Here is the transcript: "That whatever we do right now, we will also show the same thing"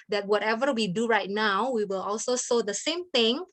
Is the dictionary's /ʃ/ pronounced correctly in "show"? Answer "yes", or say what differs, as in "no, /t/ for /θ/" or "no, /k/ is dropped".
no, /s/ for /ʃ/